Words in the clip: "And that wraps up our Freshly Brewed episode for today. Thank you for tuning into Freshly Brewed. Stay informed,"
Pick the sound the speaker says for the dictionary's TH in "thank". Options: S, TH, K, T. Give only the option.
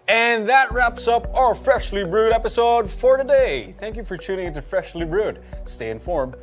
TH